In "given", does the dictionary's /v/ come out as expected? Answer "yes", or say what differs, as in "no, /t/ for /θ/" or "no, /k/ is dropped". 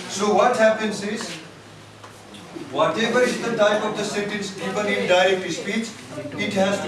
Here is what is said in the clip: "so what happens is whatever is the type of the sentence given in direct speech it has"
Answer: no, /p/ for /v/